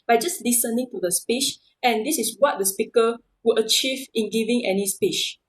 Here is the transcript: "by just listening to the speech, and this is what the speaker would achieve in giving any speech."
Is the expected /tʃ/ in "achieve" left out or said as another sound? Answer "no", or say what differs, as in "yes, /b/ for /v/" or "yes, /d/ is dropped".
no